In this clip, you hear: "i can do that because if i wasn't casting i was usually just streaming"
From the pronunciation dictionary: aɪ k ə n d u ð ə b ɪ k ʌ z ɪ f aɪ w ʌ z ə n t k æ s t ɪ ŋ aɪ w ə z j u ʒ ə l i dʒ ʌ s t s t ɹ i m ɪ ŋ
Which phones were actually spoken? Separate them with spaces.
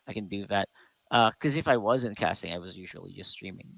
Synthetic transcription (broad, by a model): aɪ k ə n d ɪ ð ə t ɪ k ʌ z ɪ f aɪ w ʌ z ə n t k æ s t ɪ ŋ aɪ w ə z j u ʒ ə l i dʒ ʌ s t s t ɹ i m ɪ ŋ